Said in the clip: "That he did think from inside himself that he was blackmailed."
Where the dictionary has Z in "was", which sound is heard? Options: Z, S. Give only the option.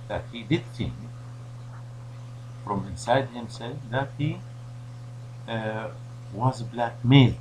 Z